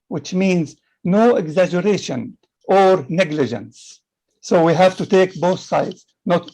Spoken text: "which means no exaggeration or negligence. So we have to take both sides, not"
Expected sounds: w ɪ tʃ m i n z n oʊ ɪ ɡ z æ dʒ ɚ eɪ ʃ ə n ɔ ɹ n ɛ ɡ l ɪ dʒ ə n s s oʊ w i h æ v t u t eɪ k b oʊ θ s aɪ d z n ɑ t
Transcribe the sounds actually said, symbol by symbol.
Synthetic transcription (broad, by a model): w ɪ tʃ m i n z n oʊ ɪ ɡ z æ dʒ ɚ eɪ ʃ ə n ɔ ɹ n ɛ ɡ l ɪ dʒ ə n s s oʊ w i h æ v t u t eɪ k b oʊ θ s aɪ d z n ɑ t